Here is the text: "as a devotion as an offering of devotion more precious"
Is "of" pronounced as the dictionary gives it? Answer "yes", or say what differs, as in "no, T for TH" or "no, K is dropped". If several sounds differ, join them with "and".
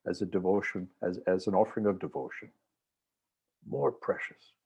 yes